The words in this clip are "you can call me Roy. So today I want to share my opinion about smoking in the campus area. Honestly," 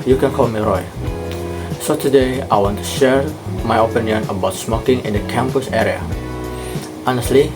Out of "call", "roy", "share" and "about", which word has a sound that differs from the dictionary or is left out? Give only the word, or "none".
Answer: none